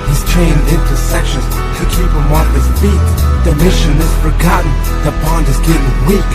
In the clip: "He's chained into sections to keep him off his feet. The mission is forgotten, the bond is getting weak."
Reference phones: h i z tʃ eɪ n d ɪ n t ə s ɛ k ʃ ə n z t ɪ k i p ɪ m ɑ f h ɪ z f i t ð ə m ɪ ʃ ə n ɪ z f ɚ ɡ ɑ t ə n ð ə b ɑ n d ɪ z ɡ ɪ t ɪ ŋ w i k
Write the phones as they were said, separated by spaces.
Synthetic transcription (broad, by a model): h i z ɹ eɪ n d ɪ n t ə s ɛ k ʃ ə n z t ɪ k i p ɪ m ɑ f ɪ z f i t ð ə m ɪ ʃ ə n ɪ z f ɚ ɡ ɑ t n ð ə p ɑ n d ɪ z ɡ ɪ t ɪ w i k